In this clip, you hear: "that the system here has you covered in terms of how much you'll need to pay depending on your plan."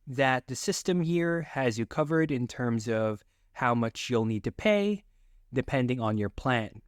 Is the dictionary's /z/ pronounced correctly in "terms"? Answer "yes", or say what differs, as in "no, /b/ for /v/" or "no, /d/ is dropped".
yes